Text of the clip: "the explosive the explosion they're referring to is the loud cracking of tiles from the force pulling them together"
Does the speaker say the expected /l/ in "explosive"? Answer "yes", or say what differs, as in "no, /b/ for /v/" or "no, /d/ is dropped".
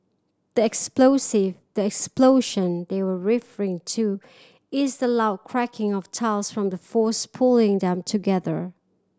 yes